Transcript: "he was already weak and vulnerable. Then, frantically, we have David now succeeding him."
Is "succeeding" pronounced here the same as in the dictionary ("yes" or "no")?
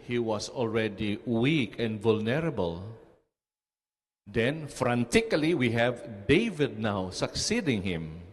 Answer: yes